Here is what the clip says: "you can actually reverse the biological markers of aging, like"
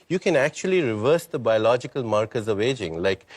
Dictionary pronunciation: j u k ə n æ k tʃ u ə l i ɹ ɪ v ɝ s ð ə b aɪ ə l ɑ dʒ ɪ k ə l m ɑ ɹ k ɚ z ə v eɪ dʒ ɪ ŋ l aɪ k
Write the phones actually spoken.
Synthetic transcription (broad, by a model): j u k ə n æ k tʃ u ə l i ɹ ɪ v ɝ s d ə b aɪ ə l ɑ dʒ ɪ k ə l m ɑ ɹ k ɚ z ə v eɪ dʒ ɪ ŋ l aɪ k